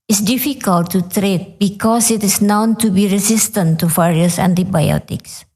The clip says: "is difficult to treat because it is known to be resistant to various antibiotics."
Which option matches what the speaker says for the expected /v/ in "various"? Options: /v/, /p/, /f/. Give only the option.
/f/